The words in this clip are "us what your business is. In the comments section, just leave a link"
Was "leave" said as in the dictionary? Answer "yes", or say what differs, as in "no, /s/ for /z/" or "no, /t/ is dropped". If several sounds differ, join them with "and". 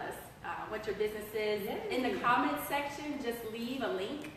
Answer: yes